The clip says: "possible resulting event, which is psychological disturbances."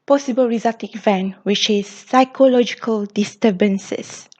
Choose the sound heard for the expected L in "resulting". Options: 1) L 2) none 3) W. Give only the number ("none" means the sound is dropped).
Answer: 2